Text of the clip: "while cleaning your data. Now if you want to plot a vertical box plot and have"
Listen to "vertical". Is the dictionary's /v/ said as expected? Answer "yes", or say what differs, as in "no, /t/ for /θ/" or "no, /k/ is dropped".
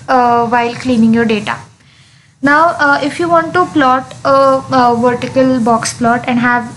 yes